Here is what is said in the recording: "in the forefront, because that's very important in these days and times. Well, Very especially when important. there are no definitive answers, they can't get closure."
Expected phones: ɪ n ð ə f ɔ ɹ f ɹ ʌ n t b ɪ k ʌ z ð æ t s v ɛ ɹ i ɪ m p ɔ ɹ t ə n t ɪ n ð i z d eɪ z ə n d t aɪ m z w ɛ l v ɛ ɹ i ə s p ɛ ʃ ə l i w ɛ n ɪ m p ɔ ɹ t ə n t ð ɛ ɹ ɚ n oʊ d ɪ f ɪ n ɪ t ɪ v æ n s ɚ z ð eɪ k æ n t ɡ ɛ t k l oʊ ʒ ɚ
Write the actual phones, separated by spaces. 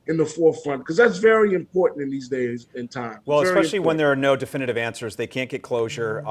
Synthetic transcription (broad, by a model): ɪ n ð ə f ɔ ɹ f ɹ ʌ n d k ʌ z ð æ t s v ɛ ɹ i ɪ m p ɔ ɹ t n t ɪ n ð i z d eɪ z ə n t aɪ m w ɛ l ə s ɛ ə l i w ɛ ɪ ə n ð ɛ ɹ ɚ n oʊ d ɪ f ɪ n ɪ t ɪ v æ n s ɚ z ð eɪ k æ n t ɡ ɛ t k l oʊ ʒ ɚ